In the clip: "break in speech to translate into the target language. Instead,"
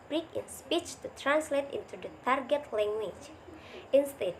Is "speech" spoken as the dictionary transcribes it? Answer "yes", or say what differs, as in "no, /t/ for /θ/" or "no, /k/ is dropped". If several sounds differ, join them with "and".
yes